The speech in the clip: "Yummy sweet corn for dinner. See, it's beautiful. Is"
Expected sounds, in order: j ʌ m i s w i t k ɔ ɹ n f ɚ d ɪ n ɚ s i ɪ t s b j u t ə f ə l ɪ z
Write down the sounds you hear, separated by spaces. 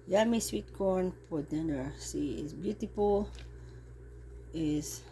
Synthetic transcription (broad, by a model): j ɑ m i s w i t k ɔ ɹ n p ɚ d ɪ n ɚ s i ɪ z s b j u t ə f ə l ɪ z